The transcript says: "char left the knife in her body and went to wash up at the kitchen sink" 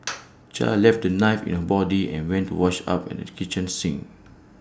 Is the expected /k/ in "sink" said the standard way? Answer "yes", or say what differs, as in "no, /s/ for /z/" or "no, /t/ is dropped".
no, /k/ is dropped